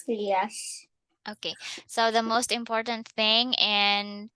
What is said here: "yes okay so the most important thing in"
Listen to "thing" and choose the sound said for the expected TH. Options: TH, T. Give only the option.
TH